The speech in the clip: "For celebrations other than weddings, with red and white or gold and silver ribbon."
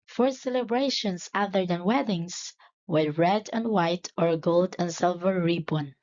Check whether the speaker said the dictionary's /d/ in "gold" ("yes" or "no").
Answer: yes